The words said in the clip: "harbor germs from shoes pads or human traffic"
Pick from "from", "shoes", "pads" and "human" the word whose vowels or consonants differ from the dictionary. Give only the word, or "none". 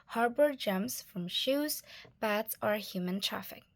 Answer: pads